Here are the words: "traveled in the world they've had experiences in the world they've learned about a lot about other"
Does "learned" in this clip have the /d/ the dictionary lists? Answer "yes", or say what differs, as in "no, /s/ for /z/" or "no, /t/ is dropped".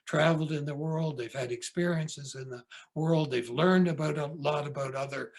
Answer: yes